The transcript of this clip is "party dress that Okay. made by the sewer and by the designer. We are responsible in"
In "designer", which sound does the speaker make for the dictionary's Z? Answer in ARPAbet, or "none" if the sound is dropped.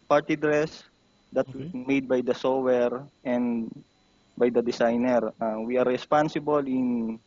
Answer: S